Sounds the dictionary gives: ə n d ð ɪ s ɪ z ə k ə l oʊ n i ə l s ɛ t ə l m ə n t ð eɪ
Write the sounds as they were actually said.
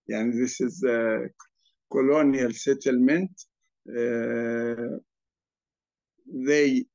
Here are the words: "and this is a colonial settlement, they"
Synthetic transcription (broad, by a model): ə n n ð ɪ s ɪ z k ə l oʊ n i ə l s ɛ t ə l m ə n t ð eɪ